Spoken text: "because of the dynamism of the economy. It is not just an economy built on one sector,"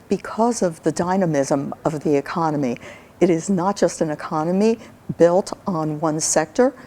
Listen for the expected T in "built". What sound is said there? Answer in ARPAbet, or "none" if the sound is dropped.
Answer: T